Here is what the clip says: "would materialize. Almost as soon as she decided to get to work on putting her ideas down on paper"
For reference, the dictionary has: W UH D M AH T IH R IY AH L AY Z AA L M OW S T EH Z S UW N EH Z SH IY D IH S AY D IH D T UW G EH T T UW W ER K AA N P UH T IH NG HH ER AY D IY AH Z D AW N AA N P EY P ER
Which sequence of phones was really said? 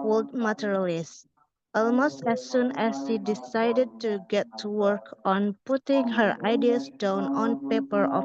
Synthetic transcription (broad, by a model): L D M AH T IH R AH L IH S AA L M OW S T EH S UW N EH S SH IY D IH S AY D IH D T UW G EH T T UW W ER K AA N P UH T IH NG HH ER AY D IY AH S D AW N AA N P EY P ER